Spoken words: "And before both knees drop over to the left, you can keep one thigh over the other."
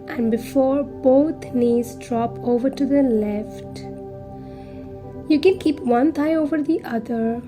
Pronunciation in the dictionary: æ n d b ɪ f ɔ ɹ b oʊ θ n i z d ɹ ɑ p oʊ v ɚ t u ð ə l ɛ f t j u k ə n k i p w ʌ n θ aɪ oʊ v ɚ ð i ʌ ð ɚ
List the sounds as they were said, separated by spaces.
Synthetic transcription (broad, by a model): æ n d b ɪ f ɔ ɹ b oʊ t n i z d ɹ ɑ p oʊ v ɚ t u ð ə l ɛ f t j u k ə n k i p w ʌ n t aɪ oʊ v ɚ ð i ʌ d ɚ